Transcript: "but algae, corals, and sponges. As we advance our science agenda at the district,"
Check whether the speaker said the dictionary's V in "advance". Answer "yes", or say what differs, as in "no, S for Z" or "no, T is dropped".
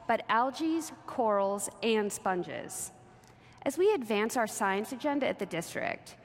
yes